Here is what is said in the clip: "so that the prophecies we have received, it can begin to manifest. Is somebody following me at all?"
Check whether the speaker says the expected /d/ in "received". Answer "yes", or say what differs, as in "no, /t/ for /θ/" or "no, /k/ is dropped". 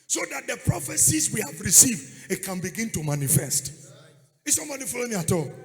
yes